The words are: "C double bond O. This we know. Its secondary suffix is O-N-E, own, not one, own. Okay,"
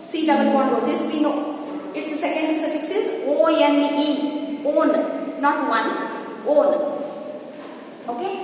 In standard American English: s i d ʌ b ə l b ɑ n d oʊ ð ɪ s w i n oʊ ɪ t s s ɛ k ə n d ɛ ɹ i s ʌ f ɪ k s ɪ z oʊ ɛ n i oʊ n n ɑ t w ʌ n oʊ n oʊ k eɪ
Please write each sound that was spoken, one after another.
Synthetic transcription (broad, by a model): s i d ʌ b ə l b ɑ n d oʊ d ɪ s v i n oʊ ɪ t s s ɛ k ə n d s ʌ f ɪ k s ɪ z oʊ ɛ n i oʊ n n ɑ t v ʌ n oʊ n oʊ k eɪ